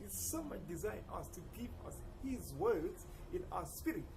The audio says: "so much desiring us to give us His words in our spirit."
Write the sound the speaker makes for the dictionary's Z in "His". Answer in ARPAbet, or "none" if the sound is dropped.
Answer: Z